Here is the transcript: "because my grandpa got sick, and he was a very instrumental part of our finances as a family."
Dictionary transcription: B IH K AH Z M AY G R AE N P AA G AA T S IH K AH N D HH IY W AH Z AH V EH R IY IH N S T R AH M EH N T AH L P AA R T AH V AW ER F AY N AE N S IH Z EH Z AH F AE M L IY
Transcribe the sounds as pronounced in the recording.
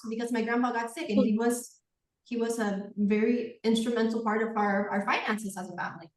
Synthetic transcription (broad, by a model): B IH K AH Z M AY G R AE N B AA G AA T S IH K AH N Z HH IY W AH Z AH V EH R IY IH N S T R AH M EH N T L P AA R T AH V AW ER F AY N AE N S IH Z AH Z AH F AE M L IY